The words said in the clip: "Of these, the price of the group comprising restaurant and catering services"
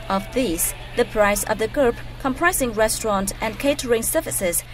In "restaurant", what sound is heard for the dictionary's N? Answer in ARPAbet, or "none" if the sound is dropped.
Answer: N